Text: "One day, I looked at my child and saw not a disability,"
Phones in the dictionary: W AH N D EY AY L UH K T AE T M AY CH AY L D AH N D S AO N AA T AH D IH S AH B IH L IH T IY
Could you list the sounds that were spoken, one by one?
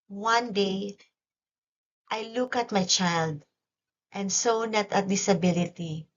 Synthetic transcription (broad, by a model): W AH N D EY AY L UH K AH T M AY CH AY L D AH N D S AO N AA T AH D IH S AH B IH L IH T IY